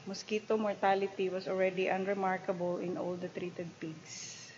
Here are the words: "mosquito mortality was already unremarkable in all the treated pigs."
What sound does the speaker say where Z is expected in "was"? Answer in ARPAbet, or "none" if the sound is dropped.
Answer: S